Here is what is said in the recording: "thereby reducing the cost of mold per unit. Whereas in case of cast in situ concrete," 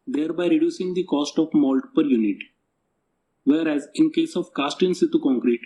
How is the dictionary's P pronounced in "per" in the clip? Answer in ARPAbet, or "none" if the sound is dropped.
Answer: P